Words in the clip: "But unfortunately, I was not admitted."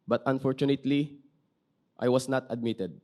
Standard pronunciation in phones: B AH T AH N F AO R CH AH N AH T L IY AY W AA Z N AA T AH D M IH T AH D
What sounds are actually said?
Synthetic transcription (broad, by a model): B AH T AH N F AO R CH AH N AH T L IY AY W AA S N AA T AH D M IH T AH D